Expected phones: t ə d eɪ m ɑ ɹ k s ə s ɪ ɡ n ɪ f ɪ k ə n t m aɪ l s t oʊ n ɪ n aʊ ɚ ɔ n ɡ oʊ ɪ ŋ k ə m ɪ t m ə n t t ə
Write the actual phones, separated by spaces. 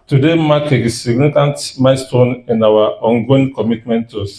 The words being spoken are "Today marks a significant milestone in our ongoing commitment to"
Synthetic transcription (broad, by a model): t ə d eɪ m ɑ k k ə s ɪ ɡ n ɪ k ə n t m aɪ s t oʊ n ɪ n aʊ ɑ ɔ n ɡ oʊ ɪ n k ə m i t m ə n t t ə